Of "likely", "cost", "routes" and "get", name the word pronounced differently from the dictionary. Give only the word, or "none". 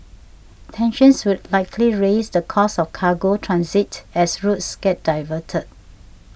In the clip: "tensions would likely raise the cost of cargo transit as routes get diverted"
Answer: cost